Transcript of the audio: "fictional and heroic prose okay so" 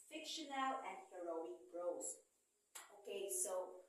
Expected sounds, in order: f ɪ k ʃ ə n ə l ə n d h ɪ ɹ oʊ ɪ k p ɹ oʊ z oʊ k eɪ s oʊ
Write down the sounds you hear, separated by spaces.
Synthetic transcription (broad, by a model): f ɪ k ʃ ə n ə l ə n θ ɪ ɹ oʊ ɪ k b ɹ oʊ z oʊ k eɪ s oʊ